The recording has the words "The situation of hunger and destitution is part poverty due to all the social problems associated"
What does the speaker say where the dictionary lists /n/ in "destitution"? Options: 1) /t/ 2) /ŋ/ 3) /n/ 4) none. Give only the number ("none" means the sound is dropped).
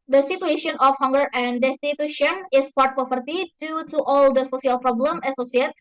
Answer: 3